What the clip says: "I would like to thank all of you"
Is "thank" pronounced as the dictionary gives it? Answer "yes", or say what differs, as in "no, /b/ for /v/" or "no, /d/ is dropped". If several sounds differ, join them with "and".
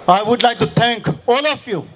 no, /t/ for /θ/